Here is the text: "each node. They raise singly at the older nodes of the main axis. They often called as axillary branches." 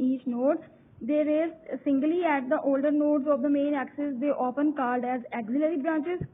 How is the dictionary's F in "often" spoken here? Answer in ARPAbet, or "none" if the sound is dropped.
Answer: P